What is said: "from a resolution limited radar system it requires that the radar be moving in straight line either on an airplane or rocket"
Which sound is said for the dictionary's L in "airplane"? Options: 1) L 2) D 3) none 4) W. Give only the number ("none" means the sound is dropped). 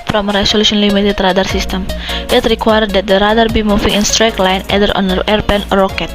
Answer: 3